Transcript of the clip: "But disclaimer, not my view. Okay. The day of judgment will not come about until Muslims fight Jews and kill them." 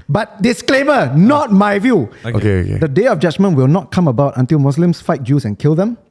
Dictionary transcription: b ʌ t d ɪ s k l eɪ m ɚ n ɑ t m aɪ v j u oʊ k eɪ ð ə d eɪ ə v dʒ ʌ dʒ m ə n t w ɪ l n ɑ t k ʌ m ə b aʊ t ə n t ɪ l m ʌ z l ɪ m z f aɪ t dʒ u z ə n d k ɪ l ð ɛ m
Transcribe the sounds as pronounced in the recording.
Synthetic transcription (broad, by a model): b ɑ t d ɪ s k l eɪ m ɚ n ɑ t m aɪ v j u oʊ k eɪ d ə d eɪ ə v dʒ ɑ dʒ m ə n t w ɪ l n ɑ t k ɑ m ə b aʊ t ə n t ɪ l m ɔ s l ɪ m s f aɪ t dʒ u s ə n k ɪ l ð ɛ m